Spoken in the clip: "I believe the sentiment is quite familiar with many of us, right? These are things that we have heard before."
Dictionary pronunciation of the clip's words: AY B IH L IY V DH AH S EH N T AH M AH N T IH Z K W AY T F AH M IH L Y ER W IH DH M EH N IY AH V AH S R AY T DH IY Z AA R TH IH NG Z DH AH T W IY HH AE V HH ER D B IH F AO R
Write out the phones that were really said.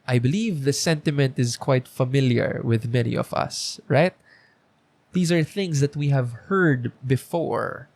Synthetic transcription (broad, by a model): AY B IH L IY V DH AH S EH N T AH M AH N T IH Z K W AY T F AH M IH L Y ER W IH DH M EH N IY AH V AH S R AY T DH IY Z AA R TH IH NG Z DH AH T W IY HH AE V HH ER D B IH F AO R